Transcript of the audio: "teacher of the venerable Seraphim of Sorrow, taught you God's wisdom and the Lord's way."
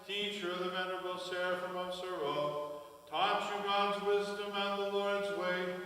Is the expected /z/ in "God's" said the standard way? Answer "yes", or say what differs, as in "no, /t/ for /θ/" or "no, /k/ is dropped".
yes